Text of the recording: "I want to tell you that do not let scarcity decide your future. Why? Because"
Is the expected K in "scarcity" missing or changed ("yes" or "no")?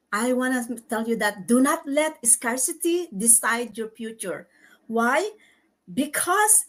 no